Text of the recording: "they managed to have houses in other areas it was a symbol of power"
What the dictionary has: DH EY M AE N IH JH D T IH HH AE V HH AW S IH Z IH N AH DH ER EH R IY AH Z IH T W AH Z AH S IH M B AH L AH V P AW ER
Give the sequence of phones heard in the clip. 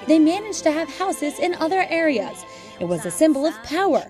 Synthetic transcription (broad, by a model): DH EY M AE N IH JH T IH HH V HH AW S IH Z IH N AH DH ER EH R IY AH Z IH T W AH Z AH S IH M B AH L AH V P AW ER